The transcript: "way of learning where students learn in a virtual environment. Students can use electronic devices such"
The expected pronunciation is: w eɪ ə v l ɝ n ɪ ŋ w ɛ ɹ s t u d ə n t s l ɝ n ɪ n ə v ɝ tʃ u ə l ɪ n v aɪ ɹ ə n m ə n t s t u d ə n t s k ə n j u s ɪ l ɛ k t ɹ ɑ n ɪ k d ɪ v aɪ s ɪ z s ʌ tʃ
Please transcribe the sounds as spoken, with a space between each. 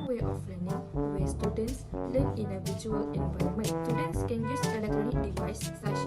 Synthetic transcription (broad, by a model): w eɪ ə f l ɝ n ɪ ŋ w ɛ s t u d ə n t s l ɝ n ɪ n ə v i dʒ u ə l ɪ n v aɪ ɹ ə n m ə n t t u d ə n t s k ə n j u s ɪ l ɛ k t ɹ ɑ n ɪ k d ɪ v aɪ s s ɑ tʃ